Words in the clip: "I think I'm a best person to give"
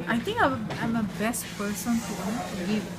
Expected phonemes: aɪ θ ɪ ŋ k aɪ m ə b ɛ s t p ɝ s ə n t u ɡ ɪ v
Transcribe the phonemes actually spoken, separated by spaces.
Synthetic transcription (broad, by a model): aɪ t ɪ ŋ k aɪ m ə b ɛ s t p ɝ s ə n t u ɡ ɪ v